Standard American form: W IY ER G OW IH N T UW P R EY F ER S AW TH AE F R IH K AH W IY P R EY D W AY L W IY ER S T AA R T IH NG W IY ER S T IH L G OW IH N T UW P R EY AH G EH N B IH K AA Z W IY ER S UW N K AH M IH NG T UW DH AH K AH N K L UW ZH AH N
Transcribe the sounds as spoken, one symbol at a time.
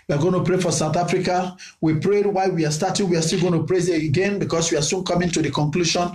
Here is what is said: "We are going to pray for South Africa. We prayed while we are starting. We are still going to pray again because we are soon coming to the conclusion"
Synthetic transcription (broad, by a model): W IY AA G OW IH N T UW P R EY F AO S AW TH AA F R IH K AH W IY P R EY D W AY W IY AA S T AA T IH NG W IY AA S T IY L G OW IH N T UW P R EY G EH N B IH K AA S W IY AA S UW N K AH M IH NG T UW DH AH K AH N K L UW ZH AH N